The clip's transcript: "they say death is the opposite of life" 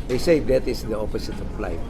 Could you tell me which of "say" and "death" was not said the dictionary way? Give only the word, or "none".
death